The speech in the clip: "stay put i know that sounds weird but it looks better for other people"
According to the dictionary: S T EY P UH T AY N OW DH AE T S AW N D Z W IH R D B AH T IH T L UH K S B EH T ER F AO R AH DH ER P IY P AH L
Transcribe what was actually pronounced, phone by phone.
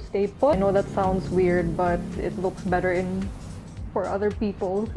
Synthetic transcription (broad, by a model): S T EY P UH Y N OW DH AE T S AW N D S W IH R D B AH T IH T L UH K S B EH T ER F AO R AH DH ER P IY P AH L